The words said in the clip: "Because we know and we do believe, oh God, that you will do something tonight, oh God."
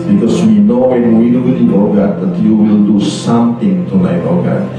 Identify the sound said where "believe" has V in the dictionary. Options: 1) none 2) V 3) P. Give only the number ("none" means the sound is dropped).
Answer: 1